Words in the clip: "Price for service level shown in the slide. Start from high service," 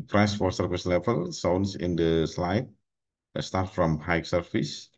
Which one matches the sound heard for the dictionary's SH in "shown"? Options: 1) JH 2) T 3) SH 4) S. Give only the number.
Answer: 4